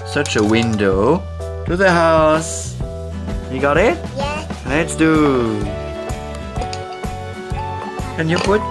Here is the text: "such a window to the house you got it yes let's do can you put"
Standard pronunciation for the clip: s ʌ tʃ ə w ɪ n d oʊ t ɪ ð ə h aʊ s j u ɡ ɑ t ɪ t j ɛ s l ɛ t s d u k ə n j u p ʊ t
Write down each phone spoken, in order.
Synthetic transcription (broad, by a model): s ʌ tʃ ə w ɪ n d oʊ t ɪ ð ə h aʊ s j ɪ ɡ ɑ t ɪ t j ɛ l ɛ t s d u k ə n j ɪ p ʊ t